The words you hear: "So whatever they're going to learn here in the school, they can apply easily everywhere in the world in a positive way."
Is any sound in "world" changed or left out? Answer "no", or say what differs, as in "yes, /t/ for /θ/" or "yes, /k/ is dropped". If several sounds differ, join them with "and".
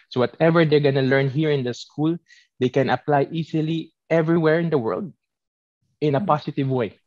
no